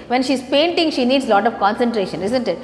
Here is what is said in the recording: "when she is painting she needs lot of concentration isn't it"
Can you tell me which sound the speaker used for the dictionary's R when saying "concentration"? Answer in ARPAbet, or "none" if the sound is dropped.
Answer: R